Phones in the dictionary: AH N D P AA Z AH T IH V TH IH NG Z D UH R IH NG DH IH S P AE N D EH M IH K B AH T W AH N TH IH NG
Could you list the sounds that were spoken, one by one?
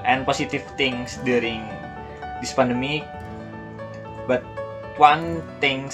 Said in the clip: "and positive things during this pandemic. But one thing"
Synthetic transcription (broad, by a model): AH N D P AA S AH T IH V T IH NG S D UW R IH NG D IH S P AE N D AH M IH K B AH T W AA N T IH NG